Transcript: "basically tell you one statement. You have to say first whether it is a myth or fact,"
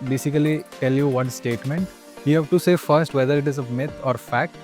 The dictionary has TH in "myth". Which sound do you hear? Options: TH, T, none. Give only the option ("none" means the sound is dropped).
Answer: T